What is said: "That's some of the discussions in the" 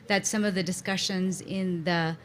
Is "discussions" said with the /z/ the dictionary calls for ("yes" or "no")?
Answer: yes